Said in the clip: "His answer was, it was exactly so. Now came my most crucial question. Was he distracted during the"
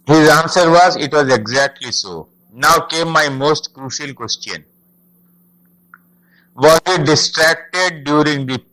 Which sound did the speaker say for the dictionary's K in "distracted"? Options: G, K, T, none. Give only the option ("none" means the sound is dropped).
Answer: K